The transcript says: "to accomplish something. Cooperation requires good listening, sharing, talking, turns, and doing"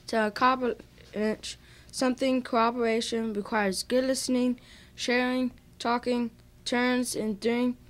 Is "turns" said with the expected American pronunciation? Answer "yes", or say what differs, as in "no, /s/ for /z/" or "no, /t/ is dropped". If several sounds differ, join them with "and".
yes